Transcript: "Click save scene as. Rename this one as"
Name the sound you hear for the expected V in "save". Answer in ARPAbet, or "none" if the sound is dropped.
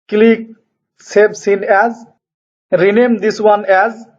B